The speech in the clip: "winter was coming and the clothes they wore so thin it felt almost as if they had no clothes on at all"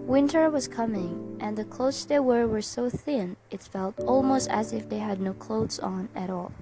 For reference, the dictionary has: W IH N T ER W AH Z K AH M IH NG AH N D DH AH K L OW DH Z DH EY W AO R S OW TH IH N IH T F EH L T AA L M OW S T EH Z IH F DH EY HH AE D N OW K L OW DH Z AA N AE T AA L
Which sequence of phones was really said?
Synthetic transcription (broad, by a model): W IH N T ER W AH Z K AH M IH NG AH N DH AH K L OW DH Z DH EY W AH R S OW TH IH N IH T F EH L T AA L M OW S T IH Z IH F DH EY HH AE D N OW K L OW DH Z N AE T AA L